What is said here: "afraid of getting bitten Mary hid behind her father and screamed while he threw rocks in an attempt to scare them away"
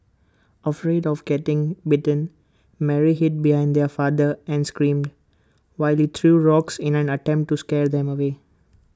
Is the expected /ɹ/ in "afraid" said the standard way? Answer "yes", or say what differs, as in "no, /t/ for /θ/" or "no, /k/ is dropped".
yes